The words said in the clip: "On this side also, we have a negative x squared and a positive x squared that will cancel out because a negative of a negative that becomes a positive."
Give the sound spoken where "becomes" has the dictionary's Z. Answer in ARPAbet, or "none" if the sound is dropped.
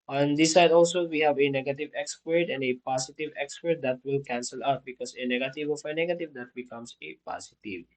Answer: S